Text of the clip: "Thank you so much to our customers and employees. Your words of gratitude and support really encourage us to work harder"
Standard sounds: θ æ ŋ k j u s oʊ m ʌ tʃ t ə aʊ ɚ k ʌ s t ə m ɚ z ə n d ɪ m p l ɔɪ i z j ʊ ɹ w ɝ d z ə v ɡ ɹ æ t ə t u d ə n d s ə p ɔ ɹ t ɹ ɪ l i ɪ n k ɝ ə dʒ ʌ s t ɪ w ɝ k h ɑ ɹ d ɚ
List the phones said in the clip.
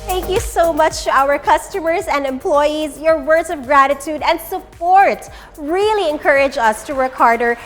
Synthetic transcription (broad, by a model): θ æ ŋ k j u s oʊ m ʌ tʃ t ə aʊ ɚ k ʌ s t ə m ɚ z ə n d ɪ m p l ɔɪ i z j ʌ ɹ w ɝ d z ə v ɡ ɹ æ t ə t u d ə n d s ə p ɔ ɹ t ɹ ɪ l i ɪ n k ɝ ə dʒ ʌ s t ɪ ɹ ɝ k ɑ ɹ d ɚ